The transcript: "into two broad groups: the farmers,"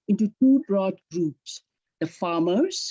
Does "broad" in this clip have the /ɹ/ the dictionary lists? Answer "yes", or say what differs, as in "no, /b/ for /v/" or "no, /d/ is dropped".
yes